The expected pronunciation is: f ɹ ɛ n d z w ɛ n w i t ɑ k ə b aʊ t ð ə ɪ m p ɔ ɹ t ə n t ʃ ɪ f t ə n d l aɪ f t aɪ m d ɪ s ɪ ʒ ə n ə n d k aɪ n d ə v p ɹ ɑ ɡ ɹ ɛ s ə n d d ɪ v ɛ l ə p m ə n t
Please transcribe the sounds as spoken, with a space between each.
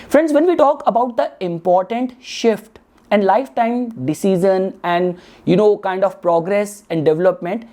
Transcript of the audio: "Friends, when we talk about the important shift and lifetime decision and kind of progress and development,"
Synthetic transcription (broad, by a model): f ɹ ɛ n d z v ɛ n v i t ɑ k ə b aʊ t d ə ɪ m p ɔ ɹ t ə n t ʃ ɪ f t ə n d l aɪ f t aɪ m d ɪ s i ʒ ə n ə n d k aɪ n d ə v p ɹ ɑ ɡ ɹ ɛ s ə n d d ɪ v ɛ l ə p m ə n t